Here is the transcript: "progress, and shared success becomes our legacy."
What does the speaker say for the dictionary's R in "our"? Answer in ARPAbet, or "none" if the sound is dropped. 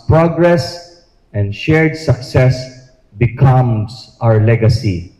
R